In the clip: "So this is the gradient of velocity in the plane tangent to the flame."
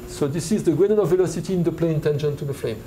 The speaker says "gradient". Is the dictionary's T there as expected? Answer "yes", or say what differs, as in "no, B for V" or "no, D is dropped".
no, T is dropped